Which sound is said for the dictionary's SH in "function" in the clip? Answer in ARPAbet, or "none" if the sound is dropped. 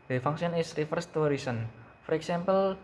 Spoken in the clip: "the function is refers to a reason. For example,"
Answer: S